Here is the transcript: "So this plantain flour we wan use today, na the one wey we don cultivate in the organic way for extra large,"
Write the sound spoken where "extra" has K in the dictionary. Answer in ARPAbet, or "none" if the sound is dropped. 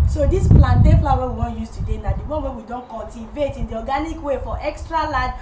K